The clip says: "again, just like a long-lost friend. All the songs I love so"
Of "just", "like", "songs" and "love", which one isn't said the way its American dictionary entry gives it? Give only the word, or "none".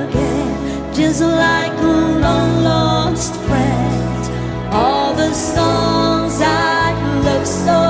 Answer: none